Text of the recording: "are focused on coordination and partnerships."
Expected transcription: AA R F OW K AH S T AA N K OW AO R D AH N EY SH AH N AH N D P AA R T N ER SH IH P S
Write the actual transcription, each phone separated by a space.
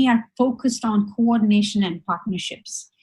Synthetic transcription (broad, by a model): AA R F OW K AH S T AA N K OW AO R D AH N EY SH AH N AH N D P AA R T N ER SH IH P S